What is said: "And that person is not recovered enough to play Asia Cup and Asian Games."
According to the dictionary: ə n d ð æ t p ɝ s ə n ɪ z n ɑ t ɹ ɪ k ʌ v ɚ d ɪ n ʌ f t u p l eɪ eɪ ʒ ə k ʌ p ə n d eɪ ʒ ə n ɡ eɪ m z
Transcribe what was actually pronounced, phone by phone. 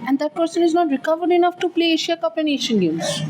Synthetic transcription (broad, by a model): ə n d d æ t p ɝ s ə n ɪ z n ɑ t ɹ ɪ k ʌ v ɚ d ɪ n ʌ f t u p l eɪ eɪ ʃ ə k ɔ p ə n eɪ ʃ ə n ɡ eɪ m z